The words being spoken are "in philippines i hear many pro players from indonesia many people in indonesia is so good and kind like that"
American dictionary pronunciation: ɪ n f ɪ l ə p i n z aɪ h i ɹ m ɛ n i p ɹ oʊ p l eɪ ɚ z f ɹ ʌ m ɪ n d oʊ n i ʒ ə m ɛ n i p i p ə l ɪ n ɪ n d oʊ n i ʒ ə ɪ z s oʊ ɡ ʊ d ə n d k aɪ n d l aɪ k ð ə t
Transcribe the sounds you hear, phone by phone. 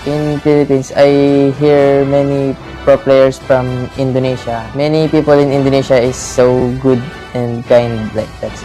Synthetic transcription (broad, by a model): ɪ n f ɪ l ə p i n s aɪ h i ɹ m ɛ n i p ɹ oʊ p l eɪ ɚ s f ɹ ʌ m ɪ n d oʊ n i ʃ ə m ɛ n i p i p ə l ɪ n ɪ n d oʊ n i ʃ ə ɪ s oʊ ɡ ʊ d ə n d k aɪ n d l aɪ k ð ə t